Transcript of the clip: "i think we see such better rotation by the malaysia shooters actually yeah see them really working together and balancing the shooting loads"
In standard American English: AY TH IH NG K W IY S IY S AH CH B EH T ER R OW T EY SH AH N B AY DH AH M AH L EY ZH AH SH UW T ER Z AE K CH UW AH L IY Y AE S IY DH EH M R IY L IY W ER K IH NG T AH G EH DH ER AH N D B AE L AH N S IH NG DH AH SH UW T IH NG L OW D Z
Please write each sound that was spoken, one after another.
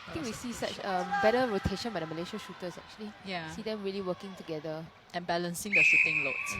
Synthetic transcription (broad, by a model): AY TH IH NG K W IY S IY S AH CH B EH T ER R OW T EY SH AH N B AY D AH M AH L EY SH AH SH UW T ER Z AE K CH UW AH L IY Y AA S IY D EH M R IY L IY W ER K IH NG T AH G EH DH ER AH N B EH L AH N S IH NG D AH S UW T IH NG L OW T